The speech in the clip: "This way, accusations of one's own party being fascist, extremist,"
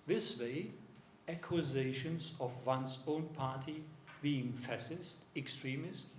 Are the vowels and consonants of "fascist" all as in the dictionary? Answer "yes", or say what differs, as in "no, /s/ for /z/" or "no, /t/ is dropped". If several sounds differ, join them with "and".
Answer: no, /s/ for /ʃ/